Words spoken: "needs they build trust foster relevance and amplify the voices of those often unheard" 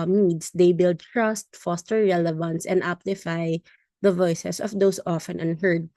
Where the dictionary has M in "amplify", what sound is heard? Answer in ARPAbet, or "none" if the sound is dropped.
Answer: none